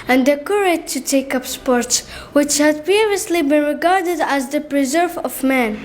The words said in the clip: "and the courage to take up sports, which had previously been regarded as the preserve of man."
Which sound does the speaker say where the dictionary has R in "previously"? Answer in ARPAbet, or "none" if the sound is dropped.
none